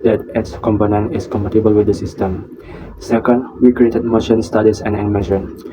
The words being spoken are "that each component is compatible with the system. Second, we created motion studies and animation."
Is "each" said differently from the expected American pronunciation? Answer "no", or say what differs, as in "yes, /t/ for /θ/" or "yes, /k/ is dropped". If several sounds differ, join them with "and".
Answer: yes, /s/ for /tʃ/